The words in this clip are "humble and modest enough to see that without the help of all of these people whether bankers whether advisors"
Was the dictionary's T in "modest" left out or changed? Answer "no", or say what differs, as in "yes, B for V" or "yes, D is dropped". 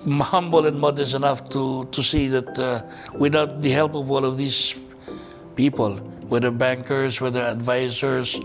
yes, T is dropped